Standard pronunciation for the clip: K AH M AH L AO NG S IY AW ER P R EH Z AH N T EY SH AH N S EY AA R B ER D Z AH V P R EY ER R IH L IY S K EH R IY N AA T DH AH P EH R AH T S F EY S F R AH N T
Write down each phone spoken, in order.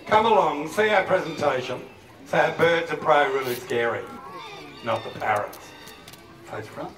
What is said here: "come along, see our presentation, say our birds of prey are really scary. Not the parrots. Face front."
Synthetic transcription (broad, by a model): K AH M AH L AO NG S IY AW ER P R EH Z AH N T EY SH AH N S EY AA B ER D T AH P R EY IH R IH L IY S K EH R IY N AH T DH AH P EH R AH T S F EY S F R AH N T